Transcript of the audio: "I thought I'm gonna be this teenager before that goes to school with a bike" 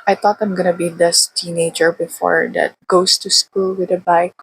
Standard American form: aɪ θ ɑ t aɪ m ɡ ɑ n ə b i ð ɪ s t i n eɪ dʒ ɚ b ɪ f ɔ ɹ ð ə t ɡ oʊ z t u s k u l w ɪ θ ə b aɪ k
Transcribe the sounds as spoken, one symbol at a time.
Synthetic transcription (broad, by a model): aɪ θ ɑ t aɪ m ɡ ɑ n ə b i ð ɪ s t i n eɪ dʒ ɚ b ɪ f ɔ ɹ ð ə t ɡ oʊ s t u s k u l w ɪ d ə b aɪ k